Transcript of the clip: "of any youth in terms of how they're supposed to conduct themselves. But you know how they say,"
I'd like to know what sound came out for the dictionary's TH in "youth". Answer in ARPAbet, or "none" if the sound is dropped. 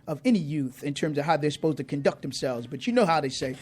TH